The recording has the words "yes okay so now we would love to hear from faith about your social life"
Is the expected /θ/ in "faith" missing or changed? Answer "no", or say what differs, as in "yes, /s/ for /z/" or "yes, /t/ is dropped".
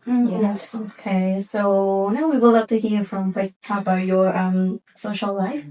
yes, /t/ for /θ/